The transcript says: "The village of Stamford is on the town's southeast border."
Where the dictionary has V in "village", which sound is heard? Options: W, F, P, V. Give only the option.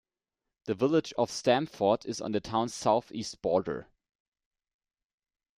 V